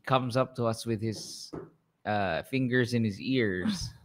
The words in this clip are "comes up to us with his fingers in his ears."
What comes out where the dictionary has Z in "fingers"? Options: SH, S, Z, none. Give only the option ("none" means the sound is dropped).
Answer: Z